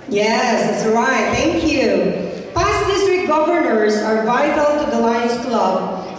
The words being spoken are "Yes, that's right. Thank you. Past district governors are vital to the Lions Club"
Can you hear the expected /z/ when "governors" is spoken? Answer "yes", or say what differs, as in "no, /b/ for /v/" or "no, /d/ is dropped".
yes